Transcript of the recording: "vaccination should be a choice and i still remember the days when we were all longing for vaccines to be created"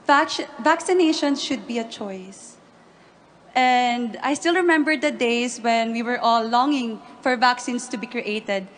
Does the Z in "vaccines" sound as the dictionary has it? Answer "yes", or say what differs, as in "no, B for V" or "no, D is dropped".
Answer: no, S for Z